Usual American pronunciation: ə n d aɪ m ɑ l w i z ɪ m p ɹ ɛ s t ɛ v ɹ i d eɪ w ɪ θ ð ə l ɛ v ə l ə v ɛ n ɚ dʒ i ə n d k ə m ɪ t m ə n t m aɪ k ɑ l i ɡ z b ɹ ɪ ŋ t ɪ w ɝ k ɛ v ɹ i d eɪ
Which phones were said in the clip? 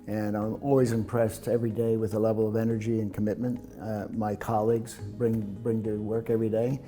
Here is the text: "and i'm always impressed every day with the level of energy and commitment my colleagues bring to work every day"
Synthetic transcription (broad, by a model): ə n aɪ m ɑ l w i z ɪ m p ɹ ɛ s t ɛ v ɹ i d eɪ w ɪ ð ə l ɛ v l ə v ɛ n ɚ dʒ i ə n k ə m ɪ t m ə n t m aɪ k ɑ l i ɡ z b ɹ ɪ ŋ t ɪ w ɝ k ɛ v ɹ i d eɪ